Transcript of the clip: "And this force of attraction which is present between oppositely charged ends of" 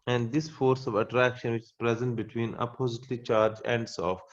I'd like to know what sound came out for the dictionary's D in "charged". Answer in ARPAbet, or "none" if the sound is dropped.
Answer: none